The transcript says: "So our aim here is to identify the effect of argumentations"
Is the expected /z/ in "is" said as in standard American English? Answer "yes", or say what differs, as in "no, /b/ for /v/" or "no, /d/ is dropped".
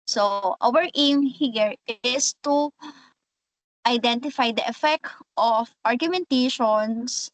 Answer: no, /s/ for /z/